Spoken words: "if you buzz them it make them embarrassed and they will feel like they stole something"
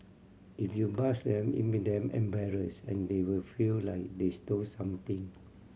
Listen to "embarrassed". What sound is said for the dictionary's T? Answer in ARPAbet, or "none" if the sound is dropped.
none